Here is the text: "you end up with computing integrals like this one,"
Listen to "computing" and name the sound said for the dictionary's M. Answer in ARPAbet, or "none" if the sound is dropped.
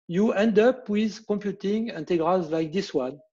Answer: M